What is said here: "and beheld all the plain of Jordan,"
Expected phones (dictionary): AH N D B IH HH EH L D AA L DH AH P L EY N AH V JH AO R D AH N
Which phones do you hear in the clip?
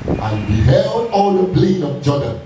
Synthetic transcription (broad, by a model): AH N B IH HH EH L D AA L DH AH B L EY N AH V JH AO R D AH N